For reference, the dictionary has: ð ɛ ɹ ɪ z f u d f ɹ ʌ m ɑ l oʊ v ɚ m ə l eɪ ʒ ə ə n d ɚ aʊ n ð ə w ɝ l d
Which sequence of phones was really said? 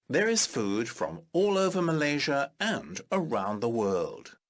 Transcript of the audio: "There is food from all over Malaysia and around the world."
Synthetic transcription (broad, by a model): ð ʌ ɹ ɪ z f u d f ɹ ʌ m ɑ l oʊ v ɚ m ə l eɪ ʒ ə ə n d ɚ aʊ n ð ə w ɝ l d